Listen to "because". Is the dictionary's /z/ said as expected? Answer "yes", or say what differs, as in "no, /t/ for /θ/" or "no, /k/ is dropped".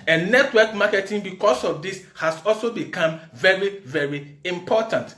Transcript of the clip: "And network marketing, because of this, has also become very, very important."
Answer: no, /s/ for /z/